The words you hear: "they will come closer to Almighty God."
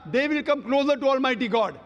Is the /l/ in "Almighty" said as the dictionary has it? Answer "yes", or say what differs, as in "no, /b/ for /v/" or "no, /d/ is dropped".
yes